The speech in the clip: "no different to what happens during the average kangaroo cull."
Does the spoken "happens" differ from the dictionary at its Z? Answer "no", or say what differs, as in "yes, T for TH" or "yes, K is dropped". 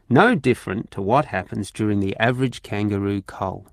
no